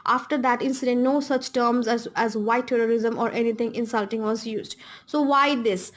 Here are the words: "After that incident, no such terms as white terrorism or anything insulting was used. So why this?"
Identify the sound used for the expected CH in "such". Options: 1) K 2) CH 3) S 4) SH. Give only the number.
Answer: 2